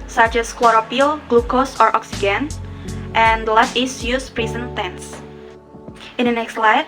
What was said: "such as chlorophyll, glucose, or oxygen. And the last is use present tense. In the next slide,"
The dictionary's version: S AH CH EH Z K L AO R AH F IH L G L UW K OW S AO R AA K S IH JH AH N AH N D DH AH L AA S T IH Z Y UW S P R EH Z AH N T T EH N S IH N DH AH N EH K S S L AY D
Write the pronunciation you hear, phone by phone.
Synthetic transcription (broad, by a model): S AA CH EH S K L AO R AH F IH L G L UW K OW S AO R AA K S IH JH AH N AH N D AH L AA T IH S Y UW S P R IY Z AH N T T EH N S IH N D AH N EH K S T L AY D